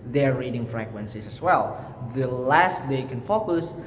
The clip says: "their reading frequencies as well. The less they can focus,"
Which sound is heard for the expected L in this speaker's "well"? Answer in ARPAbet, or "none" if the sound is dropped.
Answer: L